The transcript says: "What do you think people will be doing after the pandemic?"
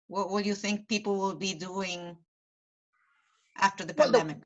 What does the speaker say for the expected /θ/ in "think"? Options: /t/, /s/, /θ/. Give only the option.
/θ/